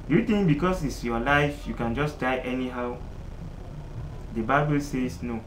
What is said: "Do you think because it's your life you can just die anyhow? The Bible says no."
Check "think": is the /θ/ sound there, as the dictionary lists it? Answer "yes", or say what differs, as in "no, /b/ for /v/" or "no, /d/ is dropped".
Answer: no, /t/ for /θ/